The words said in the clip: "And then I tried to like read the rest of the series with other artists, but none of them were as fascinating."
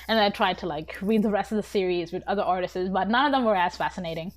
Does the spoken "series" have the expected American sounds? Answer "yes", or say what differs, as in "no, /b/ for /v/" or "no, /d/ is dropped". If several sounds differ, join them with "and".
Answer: yes